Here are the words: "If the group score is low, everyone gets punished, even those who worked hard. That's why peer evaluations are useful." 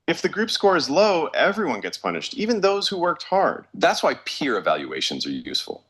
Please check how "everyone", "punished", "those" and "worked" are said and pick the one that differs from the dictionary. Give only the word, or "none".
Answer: none